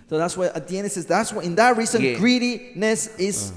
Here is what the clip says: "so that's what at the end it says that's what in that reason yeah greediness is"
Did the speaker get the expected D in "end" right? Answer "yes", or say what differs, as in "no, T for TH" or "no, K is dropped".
no, D is dropped